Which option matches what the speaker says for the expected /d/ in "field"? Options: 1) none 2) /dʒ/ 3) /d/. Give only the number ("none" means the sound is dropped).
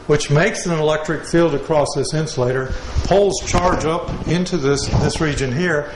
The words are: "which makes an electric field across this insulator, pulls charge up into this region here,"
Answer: 3